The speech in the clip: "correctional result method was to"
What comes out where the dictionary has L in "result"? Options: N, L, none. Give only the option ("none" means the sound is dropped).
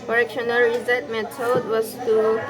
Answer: none